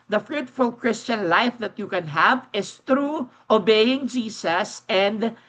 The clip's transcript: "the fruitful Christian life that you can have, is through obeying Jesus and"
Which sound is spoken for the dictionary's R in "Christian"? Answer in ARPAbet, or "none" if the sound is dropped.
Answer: R